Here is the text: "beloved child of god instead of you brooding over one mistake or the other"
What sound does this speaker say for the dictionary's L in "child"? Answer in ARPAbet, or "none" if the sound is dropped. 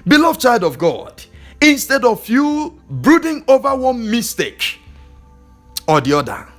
L